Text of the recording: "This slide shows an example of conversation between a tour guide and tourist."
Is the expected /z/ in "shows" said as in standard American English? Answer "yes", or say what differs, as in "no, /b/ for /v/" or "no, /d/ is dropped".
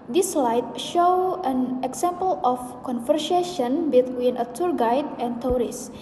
no, /z/ is dropped